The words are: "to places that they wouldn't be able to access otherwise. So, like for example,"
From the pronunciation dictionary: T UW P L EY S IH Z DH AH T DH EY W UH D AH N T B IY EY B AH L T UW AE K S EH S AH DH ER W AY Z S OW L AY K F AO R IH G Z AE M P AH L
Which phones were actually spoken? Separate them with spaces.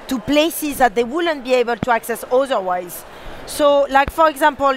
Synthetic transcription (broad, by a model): T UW P L EY S IH Z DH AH T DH EY W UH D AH N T B IY EY B AH L T UW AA K S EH S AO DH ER W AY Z S OW L AY K F AO R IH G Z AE M P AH L